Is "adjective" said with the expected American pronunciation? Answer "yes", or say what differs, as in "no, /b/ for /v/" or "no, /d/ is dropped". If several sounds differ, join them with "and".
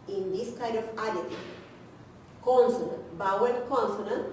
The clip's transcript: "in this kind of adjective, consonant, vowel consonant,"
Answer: no, /k/ is dropped